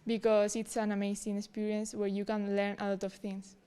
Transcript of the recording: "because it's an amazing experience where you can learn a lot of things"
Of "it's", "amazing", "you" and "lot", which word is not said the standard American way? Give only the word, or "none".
amazing